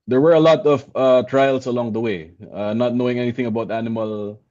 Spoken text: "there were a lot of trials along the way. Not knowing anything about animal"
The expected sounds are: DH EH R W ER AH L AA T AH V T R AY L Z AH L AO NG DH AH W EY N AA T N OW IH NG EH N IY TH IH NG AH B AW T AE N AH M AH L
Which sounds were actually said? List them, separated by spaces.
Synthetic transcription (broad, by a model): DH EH R W ER AH L AA T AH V T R AY L S AH L AO NG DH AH W EY N AA T N OW IH NG EH N IY TH IH NG AH B AW T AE N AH M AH L